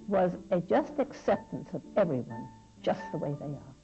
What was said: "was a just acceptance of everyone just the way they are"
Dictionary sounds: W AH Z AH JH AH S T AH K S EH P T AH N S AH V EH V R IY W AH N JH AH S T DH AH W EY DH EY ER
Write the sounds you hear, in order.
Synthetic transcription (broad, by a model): W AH Z AH JH AH S T AH K S EH P T AH N S AH V EH V R IY W AH N JH AH S T DH AH W EY DH EY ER